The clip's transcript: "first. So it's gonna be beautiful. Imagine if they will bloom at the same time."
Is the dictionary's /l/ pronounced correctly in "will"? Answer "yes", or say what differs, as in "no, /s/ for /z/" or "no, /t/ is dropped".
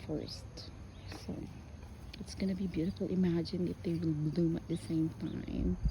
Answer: no, /w/ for /l/